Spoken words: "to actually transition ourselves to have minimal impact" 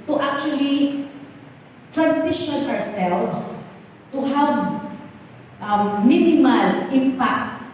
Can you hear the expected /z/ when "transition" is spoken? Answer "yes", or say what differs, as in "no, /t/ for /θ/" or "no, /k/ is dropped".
no, /s/ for /z/